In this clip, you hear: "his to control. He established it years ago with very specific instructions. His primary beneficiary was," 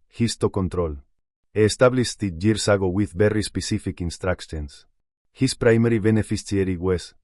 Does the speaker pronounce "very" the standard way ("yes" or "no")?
no